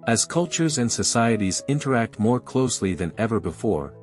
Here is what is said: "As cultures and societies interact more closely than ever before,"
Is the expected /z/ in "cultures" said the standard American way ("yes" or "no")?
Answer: yes